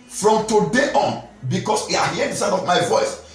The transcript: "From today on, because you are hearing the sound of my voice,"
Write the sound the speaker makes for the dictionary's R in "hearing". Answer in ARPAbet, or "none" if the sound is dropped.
none